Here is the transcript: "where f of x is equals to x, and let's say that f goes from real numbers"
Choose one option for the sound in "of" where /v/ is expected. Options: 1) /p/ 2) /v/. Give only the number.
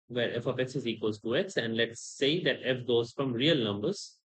1